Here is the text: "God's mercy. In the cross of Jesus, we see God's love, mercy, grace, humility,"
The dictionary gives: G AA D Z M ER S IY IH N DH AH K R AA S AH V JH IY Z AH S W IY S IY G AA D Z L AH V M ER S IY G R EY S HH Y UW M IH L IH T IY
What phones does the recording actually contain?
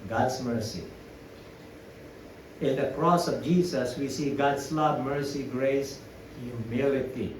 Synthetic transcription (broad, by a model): G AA D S M ER S IY IH N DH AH K R AA S AH V JH IY S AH S W IY S IY G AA D S L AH B M ER S IY G R EY S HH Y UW M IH L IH T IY